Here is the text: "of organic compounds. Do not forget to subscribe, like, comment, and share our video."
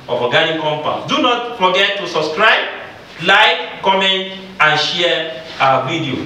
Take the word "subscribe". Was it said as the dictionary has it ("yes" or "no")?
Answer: yes